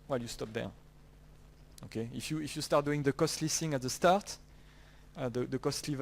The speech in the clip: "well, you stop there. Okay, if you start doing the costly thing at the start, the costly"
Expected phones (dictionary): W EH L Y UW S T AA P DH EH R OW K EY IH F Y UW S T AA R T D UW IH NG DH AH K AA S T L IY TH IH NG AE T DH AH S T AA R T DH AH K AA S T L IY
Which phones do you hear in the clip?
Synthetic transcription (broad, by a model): W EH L Y UW S T AA P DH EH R OW K EY IH F Y UW S T AA R T D UW IH NG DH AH K AA S T L IY S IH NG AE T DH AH S T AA R T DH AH K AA S T L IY